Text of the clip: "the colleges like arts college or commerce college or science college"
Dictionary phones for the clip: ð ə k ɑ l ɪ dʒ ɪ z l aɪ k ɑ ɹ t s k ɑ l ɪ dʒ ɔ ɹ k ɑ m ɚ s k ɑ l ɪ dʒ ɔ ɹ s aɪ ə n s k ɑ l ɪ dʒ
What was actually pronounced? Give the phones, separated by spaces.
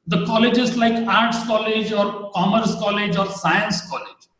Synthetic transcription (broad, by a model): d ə k ɑ l ɪ dʒ ɪ z l aɪ k ɑ ɹ t s k ɑ l ɪ dʒ ɔ ɹ k ɑ m ɚ s k ɑ l ɪ dʒ ɔ ɹ s aɪ ə n s k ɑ l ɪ dʒ